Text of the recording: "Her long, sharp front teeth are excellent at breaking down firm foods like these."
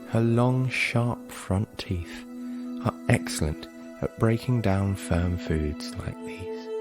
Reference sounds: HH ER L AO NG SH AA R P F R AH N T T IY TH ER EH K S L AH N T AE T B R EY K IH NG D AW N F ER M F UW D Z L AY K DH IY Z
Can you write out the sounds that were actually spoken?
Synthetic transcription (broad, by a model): HH ER L AO NG SH AA R P F R AH N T T IY TH ER EH K S L AH N T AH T B R EY K IH NG D AW N F ER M F UW D Z L AY K DH IY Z